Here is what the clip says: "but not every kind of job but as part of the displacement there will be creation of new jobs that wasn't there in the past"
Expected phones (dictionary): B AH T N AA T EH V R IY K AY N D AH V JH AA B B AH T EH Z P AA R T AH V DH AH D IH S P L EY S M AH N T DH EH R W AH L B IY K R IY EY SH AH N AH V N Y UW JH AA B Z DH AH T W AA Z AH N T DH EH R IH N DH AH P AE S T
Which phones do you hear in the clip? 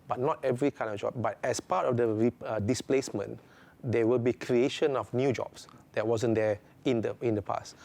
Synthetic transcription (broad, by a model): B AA T N AA T EH V R IY K AY N D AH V JH AA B B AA T EH S P AA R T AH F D AH D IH S P L EY S M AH N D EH W AH L B IY K R IY EY SH AH N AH F N Y UW JH AA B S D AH T W AA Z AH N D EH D IH N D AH P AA S T